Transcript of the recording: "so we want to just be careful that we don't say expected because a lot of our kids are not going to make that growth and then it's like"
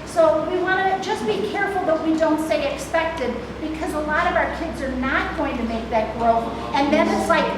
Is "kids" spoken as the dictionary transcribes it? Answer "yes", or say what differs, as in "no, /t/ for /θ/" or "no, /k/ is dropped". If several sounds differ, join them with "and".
yes